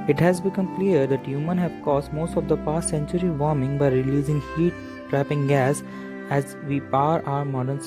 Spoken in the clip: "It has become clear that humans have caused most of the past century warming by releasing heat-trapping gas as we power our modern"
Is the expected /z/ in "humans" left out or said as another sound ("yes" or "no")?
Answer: yes